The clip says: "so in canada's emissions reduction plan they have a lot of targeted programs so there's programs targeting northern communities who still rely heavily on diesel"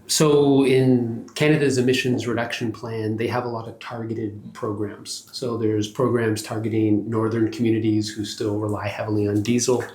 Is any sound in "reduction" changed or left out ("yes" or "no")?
no